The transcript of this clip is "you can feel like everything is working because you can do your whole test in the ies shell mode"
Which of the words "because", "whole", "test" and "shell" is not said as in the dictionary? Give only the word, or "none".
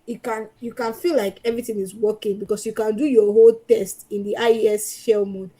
because